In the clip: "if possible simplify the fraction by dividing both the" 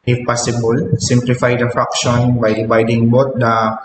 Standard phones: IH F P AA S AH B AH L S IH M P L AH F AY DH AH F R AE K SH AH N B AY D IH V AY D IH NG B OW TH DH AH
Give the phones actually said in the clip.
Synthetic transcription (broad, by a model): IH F P AA S AH B AH L S IH M P L AH F AY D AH F R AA K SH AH N B AY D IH B AY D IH NG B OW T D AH